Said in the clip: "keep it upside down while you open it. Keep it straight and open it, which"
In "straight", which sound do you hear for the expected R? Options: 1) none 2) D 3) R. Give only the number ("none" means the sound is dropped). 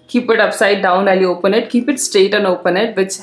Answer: 1